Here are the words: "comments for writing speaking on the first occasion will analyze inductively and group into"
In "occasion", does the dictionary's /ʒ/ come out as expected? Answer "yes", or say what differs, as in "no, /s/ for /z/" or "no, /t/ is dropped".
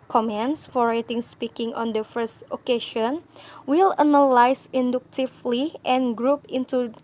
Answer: no, /ʃ/ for /ʒ/